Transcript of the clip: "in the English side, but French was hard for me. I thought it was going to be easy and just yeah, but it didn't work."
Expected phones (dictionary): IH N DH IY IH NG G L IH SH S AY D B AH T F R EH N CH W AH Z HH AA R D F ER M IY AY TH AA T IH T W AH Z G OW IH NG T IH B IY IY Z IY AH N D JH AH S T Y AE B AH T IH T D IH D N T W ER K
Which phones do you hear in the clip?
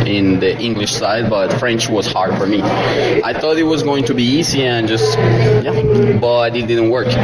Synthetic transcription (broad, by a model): IH N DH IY IH NG G L IH SH S AY D B AH T F R EH N CH W AH Z HH AA R D F ER M IY AY TH AA T IH T W AH Z G OW IH NG T IH B IY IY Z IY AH N JH AH S T Y AE B AH T IH T D IH D N T W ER K